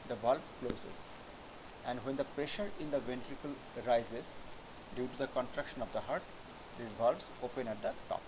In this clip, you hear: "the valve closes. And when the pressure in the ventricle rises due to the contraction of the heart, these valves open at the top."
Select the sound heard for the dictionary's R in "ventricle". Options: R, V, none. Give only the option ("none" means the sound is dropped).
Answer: R